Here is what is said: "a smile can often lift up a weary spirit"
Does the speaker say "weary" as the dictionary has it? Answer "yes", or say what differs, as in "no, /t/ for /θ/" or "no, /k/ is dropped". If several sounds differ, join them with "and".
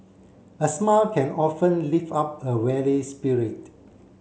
no, /l/ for /ɹ/